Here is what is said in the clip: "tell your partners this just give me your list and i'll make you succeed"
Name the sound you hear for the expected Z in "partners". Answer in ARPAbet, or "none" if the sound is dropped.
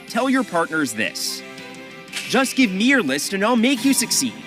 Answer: Z